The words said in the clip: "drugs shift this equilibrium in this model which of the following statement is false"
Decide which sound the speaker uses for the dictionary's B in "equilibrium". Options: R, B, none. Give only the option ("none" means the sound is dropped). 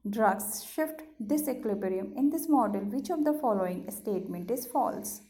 none